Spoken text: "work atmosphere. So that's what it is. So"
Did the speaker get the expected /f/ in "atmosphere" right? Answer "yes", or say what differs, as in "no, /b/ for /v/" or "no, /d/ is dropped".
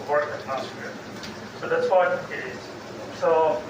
no, /f/ is dropped